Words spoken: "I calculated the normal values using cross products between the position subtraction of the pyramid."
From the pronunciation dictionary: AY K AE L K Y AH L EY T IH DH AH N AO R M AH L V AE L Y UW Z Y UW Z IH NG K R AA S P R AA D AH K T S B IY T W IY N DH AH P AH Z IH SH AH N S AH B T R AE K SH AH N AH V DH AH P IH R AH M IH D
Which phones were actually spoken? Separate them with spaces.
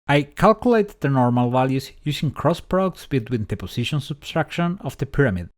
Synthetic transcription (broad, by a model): AY K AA L K Y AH L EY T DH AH N AO R M AH L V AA L Y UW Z Y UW S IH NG K R AA S P R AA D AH K T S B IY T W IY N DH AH P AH S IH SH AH N S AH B T R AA K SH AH N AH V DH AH P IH R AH M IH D